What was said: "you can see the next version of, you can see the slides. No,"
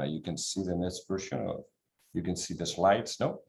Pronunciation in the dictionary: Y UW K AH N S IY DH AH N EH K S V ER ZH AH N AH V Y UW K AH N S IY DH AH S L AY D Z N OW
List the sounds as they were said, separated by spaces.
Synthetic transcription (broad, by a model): Y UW K AH N S IY DH AH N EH S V ER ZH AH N AH V Y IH K AH N S IY DH AH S L AY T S N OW